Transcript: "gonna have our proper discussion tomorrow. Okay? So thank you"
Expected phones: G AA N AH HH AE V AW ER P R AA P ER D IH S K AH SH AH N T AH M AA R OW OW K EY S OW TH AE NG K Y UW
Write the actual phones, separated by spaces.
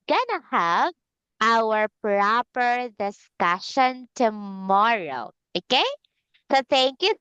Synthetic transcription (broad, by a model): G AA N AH HH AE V AW ER P R AA P ER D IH S K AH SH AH N T AH M AA R OW OW K EY S OW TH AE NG K Y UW